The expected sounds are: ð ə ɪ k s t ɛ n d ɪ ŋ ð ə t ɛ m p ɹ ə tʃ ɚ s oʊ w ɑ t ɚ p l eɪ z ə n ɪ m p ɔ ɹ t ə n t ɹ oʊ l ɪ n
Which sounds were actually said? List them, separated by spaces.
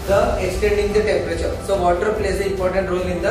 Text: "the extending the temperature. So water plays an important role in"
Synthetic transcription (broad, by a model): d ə ɪ k s t ɛ n d ɪ ŋ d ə t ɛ m p ɹ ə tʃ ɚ s oʊ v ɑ t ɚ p l eɪ s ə ɪ m p ɔ ɹ t ə n t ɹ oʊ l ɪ n